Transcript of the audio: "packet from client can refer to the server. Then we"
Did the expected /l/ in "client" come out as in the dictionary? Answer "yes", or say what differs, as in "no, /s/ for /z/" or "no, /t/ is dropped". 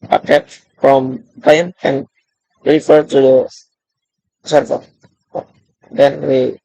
no, /l/ is dropped